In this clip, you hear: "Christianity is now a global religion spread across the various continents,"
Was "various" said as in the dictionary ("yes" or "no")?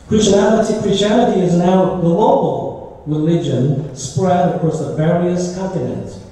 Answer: yes